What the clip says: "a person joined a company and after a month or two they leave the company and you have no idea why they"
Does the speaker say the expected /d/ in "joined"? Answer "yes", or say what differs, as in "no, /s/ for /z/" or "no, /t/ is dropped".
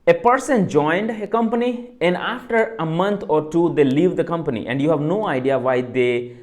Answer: yes